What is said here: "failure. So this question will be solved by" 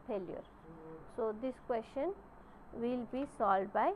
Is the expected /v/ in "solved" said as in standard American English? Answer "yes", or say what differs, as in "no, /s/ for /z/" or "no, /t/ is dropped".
no, /v/ is dropped